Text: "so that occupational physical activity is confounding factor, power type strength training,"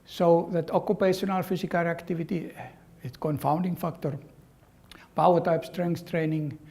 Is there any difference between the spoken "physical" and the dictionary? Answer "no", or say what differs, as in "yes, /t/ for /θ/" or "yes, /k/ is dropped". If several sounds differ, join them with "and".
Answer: yes, /s/ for /z/